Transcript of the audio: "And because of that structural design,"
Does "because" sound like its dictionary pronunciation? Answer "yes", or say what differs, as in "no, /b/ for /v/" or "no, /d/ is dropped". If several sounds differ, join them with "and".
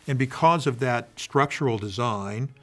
yes